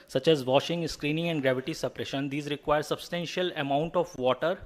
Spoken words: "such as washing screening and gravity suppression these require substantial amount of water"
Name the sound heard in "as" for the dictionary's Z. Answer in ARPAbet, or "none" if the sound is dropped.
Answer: Z